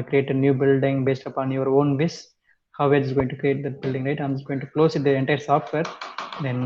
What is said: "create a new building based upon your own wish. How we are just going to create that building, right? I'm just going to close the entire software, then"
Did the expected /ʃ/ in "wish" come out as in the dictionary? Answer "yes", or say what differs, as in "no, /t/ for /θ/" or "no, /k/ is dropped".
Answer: no, /s/ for /ʃ/